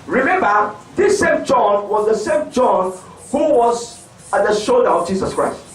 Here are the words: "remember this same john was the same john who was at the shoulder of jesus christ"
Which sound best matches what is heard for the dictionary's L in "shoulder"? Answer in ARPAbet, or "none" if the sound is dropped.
L